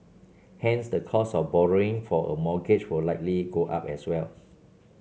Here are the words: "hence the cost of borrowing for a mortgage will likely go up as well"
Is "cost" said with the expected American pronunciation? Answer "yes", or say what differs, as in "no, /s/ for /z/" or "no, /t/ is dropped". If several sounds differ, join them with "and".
no, /t/ is dropped